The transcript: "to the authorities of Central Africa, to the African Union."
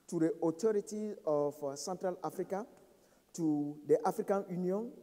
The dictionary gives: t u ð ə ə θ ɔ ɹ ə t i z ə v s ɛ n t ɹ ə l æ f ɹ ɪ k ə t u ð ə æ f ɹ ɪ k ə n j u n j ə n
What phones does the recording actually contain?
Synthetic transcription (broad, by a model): t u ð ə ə t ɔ ɹ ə t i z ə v s ɛ n t ɹ ə l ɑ f ɹ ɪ k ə t u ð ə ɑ f ɹ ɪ k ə n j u n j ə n